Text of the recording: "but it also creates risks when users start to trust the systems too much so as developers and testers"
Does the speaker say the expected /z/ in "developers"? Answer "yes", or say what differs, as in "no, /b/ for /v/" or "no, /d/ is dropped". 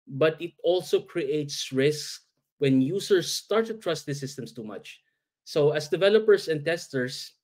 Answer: no, /s/ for /z/